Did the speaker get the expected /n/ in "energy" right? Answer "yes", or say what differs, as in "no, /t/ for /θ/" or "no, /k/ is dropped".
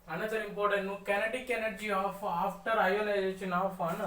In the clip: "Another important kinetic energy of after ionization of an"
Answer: yes